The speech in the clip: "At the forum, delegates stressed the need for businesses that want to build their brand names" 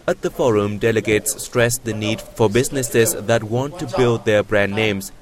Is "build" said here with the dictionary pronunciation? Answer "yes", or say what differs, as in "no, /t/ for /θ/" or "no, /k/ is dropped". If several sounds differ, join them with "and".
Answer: yes